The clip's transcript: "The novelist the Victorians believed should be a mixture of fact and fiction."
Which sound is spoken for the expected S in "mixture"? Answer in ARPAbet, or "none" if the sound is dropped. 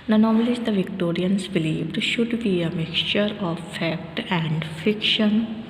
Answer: S